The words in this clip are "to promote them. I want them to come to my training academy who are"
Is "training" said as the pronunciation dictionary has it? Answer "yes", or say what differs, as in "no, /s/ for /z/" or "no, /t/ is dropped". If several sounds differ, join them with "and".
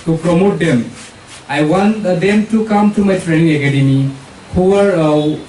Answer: yes